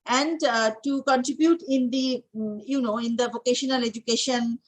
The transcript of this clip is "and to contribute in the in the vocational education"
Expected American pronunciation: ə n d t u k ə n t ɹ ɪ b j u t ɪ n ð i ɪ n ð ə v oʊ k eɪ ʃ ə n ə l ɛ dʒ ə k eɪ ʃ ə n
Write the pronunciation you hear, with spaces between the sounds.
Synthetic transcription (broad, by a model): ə n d t u k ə n t ɹ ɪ b j u t ɪ n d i ɪ n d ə v oʊ k eɪ ʃ ə n ə l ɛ dʒ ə k eɪ ʃ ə n